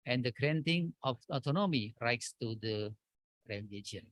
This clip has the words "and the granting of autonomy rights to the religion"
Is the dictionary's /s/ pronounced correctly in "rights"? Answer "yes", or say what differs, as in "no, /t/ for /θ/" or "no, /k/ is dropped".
yes